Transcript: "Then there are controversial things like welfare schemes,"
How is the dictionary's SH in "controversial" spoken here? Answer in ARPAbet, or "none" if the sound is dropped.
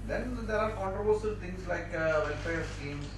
S